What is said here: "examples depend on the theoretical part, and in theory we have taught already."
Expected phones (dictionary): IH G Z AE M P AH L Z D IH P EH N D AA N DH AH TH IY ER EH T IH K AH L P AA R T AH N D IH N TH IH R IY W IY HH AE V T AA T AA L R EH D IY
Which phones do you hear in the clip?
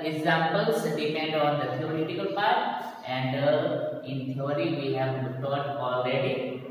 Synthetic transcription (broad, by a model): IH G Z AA M P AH L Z D IH P EH N D AA N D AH S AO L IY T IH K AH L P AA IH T AH N D IH N T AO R IY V IY HH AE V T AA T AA L R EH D IY